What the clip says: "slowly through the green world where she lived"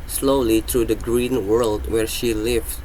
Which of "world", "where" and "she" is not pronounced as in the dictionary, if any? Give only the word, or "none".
none